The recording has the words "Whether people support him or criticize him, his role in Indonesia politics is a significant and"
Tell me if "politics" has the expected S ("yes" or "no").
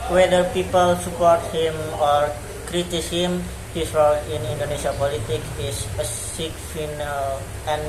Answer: no